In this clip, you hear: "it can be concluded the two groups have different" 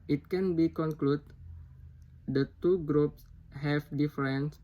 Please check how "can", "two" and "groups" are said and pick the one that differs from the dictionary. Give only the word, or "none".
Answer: none